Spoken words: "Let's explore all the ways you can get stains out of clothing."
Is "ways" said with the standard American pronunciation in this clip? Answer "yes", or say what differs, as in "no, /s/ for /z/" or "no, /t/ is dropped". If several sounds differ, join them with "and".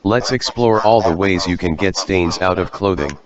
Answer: yes